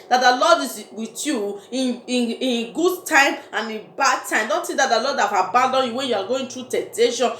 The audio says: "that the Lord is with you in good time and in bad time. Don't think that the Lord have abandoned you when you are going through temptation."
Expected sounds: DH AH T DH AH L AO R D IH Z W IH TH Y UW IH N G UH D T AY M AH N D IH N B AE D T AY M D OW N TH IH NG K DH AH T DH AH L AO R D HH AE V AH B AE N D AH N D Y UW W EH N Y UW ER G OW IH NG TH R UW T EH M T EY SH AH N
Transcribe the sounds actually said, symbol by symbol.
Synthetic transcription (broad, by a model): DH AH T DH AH L AO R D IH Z W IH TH Y UW IH N G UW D T AY M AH N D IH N B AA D T AY M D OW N T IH K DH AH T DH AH L AO D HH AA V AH B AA N D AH N Y UW W EH N Y UW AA G OW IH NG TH R UW T EH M T EY SH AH N